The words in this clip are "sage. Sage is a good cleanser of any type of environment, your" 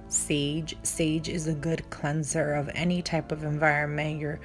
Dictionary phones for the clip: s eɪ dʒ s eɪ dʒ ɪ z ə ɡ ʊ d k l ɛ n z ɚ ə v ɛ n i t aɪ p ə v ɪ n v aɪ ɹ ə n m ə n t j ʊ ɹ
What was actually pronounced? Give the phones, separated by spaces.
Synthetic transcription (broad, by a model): s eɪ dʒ s eɪ dʒ ɪ z ə ɡ ʊ d k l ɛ n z ɚ ə v ɛ n i t aɪ p ə v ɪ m v aɪ ɹ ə n m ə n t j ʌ ɹ